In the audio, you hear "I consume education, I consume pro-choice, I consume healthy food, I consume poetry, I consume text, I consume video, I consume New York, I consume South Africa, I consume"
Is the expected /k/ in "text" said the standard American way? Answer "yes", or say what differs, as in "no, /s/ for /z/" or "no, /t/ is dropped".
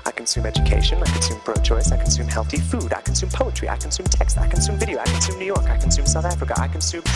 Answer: yes